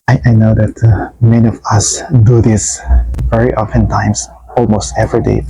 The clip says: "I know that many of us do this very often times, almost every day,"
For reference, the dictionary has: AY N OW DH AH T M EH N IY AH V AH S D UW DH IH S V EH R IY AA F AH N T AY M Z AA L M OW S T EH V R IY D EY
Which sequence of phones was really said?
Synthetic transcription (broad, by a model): AY N OW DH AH T M EH N IY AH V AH S D UW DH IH S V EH R IY AA F AH N T AY M S AA L M OW S T EH V R IY D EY